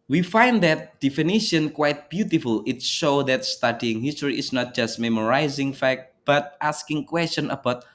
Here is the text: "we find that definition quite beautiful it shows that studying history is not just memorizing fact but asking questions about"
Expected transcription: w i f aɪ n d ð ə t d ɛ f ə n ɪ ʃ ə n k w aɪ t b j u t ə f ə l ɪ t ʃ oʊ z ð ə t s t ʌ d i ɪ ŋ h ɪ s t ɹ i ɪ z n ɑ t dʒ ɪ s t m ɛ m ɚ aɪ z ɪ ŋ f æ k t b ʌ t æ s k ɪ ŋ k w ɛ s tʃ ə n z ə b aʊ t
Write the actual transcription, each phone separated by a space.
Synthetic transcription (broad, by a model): w i f aɪ n d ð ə t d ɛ f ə n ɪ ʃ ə n k w aɪ t b j u t ə f ə l ɪ t ʃ oʊ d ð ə t s t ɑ d i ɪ ŋ h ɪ s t ɹ i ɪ s n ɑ t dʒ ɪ s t m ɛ m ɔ aɪ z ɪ ŋ f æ k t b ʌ t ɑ s k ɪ ŋ k w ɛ s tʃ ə n ə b aʊ t